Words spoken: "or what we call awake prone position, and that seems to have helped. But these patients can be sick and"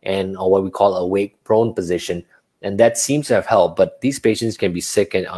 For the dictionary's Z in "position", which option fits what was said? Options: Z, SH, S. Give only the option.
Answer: Z